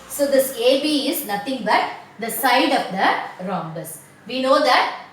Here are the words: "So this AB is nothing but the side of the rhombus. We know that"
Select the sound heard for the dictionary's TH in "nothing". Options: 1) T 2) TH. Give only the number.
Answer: 1